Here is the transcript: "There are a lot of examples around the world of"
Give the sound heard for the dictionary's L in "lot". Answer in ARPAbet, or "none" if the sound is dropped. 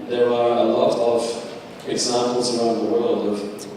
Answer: L